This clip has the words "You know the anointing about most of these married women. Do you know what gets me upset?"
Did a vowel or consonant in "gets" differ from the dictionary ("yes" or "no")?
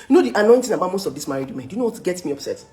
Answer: yes